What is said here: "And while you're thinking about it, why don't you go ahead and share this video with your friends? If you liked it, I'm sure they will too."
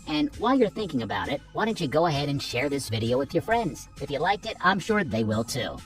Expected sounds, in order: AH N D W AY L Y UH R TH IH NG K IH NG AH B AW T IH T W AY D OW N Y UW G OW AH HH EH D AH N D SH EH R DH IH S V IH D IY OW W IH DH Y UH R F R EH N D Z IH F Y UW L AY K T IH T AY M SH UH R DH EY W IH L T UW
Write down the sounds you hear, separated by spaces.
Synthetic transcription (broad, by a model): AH N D W AY L Y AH R TH IH NG K IH NG AH B AW T IH T W AY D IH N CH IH G OW AH HH EH D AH N SH EH R DH IH S V IH D IY OW W IH DH Y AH R F R EH N D Z IH F Y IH L AY K T IH T AY M SH UH R DH EY W IH L T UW